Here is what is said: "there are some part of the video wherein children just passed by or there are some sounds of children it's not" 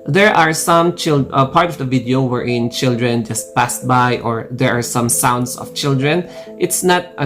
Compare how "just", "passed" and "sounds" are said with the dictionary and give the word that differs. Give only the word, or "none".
sounds